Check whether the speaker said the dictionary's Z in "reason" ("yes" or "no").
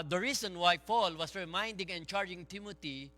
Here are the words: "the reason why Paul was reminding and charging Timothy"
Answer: no